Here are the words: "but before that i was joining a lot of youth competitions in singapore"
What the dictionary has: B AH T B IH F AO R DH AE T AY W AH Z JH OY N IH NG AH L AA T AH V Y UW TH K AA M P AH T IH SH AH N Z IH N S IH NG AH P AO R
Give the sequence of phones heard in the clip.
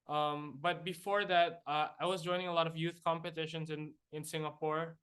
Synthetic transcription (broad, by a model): B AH T B IH F AO R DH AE T AY W AH Z JH OY N IH NG AH L AA T AH V Y UW TH K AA M P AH T IH SH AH N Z IH N S IH NG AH P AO R